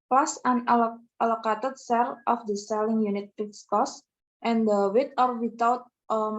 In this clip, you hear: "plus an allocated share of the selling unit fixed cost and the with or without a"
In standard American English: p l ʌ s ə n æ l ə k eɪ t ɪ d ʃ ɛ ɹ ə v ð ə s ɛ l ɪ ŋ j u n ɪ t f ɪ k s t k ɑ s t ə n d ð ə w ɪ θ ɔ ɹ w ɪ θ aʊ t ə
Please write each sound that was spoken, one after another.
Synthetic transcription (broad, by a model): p l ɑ s ə n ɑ l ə k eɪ t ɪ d s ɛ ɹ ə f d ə s ɛ l ɪ ŋ j u n ɪ t p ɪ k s k ɑ s t ə n d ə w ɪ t ɔ ɹ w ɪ t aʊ t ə